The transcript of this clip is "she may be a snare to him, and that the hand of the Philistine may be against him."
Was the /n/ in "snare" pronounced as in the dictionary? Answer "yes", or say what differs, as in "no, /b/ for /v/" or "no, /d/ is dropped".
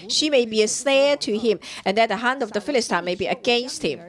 no, /n/ is dropped